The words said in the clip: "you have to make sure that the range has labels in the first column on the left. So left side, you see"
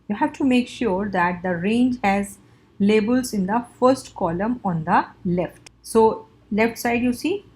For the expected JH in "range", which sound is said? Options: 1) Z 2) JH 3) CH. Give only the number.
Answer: 2